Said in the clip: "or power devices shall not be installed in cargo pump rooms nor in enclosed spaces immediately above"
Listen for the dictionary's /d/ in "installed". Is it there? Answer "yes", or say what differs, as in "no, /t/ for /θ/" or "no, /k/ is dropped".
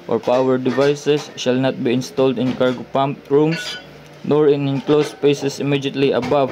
yes